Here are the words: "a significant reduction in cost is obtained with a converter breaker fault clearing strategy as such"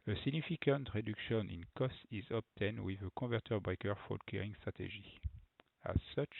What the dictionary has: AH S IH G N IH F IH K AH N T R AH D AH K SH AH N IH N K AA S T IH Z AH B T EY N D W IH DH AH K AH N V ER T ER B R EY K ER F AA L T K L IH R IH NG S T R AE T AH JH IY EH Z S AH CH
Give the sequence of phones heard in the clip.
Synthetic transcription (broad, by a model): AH S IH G N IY F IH K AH N T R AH D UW K SH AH N IH N K AA S T IH Z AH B T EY N D W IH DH AH K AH V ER T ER B R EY K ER F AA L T K EH R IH NG S T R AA T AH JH IY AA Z S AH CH